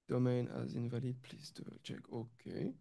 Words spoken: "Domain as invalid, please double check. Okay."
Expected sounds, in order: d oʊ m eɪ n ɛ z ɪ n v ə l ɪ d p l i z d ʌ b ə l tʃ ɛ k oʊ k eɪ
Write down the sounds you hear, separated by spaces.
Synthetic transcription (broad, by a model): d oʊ m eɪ n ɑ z ɪ n v ə l ɪ d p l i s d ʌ ə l tʃ ɛ k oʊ k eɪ